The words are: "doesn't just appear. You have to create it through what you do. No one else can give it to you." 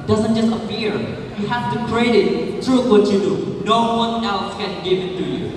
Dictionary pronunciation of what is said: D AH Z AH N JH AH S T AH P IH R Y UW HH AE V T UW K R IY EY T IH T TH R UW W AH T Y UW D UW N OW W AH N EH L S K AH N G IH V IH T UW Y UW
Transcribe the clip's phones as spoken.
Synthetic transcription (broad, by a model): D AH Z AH N JH AH S T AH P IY R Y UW HH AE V T UW K R IY EY T IH T T R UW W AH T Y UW D UW N OW W AH N EH L S K AH N G IH V IH T UW Y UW